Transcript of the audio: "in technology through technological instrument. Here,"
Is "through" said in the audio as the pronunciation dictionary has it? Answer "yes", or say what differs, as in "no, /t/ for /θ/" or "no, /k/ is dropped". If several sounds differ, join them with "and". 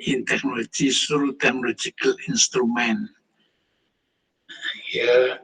no, /s/ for /θ/